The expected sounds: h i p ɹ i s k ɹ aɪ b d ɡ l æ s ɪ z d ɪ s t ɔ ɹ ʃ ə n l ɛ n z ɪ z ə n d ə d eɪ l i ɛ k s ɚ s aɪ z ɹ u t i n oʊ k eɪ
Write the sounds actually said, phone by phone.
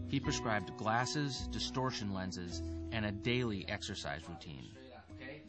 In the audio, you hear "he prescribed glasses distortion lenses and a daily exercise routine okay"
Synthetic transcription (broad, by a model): h i p ɹ i s k ɹ aɪ b d ɡ l æ s ɪ z d ɪ s t ɔ ɹ ʃ ə n l ɛ n z ɪ z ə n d ə d eɪ l i ɛ k s ɚ s aɪ z ɹ u t i n